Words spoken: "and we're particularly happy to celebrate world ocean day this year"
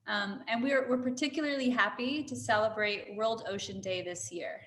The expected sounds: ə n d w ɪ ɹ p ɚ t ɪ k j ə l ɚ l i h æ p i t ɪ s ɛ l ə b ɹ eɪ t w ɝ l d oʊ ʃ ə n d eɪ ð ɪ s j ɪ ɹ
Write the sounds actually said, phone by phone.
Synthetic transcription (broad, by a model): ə n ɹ w ɪ ɹ p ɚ t ɪ k j l ɚ l i h æ p i t ɪ s ɛ l ə b ɹ eɪ t w ɝ l d oʊ ʃ ə n d eɪ ð ɪ s j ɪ ɹ